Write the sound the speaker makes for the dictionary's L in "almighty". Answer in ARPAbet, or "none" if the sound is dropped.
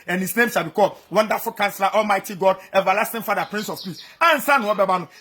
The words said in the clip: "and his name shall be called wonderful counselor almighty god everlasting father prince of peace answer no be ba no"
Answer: L